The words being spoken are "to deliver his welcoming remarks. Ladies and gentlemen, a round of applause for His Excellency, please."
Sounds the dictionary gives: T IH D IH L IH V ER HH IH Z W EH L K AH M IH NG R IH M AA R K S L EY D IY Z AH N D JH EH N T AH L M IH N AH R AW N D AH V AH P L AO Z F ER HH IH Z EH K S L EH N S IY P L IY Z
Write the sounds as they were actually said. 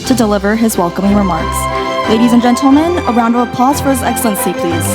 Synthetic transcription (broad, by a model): T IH D IH L IH V ER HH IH Z W EH L K AH M IH NG R IH M AA R K S L EY D IY Z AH N JH EH N T L M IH N AH R AW N D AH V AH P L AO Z F ER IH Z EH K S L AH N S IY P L IY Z